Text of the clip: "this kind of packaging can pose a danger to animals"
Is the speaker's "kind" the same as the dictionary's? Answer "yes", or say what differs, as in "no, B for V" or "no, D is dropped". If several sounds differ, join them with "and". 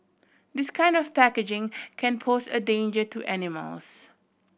yes